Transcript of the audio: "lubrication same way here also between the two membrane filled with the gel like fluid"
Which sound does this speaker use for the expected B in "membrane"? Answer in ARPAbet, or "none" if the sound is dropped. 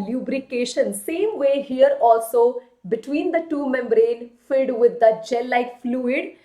B